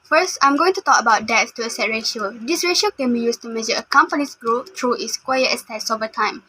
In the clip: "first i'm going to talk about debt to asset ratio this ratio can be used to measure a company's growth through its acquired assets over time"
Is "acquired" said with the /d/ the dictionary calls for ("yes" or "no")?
no